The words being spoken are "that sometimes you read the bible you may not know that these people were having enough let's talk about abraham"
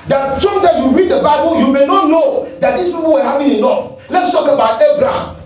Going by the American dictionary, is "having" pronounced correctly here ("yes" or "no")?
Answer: no